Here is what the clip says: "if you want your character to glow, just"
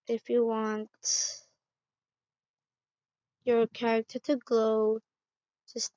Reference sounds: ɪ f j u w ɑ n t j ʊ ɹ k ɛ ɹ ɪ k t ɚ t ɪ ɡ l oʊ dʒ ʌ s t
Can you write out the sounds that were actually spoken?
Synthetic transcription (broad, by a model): ɪ f j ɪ w ɑ n t j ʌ ɹ k ɛ ɹ ɪ k t ɚ t ɪ ɡ l oʊ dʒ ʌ s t